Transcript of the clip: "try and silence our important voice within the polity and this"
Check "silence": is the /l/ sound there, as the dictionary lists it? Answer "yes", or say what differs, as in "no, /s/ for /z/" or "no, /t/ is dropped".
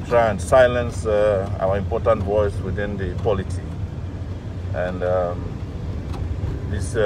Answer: yes